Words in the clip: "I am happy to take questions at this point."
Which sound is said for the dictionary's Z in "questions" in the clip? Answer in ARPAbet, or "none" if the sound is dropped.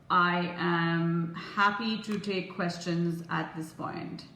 Z